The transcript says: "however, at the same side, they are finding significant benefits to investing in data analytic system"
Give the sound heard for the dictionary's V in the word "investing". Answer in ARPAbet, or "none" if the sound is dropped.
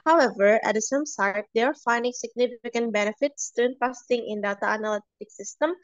P